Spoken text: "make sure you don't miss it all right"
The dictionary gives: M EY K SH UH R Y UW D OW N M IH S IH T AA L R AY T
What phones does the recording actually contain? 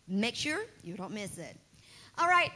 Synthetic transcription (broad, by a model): M EY K SH UH R Y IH D OW N M IH S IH T AA L R AY T